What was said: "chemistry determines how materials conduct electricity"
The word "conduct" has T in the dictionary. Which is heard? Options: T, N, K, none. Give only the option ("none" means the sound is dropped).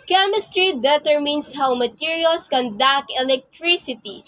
none